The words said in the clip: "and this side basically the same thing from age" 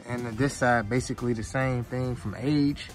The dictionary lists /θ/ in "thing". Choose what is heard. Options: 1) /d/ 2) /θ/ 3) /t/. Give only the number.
2